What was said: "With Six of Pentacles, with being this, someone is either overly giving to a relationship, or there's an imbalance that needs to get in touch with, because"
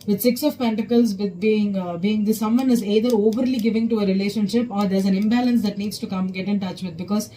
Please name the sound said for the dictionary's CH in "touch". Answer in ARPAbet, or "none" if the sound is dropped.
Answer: CH